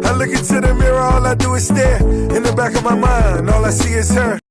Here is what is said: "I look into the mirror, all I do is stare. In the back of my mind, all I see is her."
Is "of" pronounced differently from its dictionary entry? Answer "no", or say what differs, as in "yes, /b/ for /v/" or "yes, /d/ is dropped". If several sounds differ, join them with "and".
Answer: no